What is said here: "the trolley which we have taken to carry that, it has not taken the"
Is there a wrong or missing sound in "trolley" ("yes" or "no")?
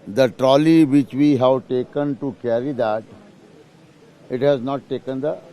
no